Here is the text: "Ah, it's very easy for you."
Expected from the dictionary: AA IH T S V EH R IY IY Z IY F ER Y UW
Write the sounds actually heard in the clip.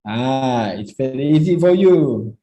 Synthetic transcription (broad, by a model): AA IH T S F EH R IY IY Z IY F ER Y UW